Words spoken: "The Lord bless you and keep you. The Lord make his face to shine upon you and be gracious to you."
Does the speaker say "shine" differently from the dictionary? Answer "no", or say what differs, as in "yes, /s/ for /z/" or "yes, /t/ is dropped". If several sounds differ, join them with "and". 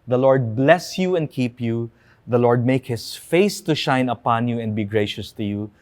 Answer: no